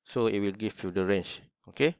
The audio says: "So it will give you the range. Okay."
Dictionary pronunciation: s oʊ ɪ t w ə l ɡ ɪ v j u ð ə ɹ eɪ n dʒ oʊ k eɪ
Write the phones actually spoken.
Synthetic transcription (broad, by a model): s oʊ ɪ t w ə l ɡ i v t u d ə ɹ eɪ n tʃ oʊ k eɪ